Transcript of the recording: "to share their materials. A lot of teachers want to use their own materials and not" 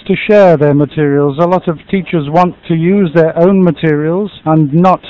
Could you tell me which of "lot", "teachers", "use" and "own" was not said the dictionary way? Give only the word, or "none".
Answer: none